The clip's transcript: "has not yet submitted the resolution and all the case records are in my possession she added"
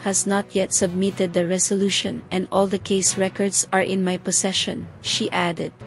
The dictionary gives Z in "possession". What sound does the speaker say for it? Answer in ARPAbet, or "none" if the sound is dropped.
S